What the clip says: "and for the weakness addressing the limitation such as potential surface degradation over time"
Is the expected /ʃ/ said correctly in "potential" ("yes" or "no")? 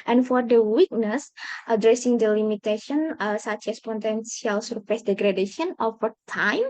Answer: no